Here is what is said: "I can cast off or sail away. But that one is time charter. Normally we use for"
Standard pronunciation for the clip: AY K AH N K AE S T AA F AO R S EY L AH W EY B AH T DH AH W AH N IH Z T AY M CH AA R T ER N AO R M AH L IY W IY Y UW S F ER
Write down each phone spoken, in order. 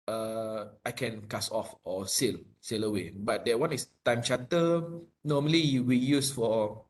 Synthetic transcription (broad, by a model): AY K AH N K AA S AA F AO L S EY L AH W EY B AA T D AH W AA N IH S T AY M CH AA T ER N AO M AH L IY W IY Y UW S F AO